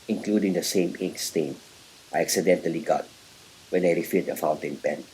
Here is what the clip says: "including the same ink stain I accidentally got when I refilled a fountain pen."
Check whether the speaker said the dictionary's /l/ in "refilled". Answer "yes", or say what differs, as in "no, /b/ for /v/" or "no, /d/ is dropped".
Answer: no, /l/ is dropped